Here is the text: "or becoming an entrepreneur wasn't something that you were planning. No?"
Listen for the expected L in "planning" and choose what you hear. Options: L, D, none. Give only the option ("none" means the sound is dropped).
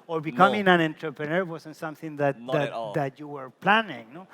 L